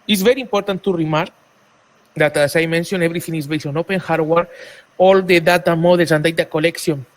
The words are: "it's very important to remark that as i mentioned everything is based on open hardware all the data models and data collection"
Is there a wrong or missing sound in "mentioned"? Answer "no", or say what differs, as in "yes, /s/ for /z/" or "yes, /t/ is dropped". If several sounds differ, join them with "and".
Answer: yes, /d/ is dropped